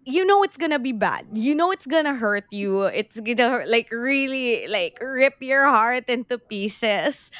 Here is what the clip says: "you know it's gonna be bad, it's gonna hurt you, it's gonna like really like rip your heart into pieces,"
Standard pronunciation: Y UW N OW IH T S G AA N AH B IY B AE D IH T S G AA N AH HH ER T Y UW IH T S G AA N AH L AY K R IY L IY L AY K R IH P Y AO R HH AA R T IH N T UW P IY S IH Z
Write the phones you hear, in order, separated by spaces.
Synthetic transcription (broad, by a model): Y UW N OW IH T S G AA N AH B IY B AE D IH T S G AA N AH HH ER T Y UW IH T S G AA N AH L AY K R IY L IY L AY K R IH P Y AO R HH AA R T IH N T UW P IY S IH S